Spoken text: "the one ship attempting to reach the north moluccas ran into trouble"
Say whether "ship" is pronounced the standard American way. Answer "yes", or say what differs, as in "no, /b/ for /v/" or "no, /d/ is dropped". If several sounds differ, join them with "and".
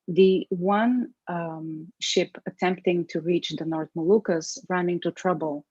yes